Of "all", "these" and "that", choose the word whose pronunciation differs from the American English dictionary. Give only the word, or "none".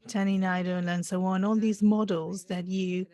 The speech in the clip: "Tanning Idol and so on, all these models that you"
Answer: none